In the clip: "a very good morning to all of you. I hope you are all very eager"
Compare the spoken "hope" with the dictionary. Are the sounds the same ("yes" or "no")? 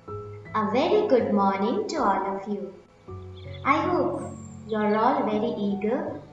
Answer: yes